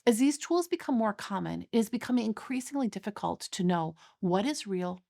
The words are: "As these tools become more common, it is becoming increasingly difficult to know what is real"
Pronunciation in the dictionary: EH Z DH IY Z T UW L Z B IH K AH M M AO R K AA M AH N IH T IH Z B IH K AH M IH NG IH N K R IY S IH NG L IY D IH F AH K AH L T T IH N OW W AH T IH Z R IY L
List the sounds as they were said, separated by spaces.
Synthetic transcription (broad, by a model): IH Z DH IY Z T UW L Z B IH K AH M M AO R K AA M AH N IH T IH Z B IH K AH M IH NG IH N K R IY S IH NG L IY D IH F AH K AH L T T IH N OW W AH T IH Z R IY L